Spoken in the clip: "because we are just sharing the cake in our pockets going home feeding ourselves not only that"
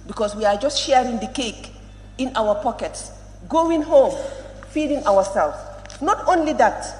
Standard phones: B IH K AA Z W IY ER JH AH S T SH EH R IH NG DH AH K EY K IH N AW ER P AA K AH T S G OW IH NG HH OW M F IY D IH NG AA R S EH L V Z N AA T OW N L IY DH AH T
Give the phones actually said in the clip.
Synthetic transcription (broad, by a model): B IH K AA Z W IY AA JH AH S T SH EH R IH NG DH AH K EY K IH N AW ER P AA K AH T S G OW IH NG HH OW M F IY D IH NG AA W S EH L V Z N AA T OW N L IY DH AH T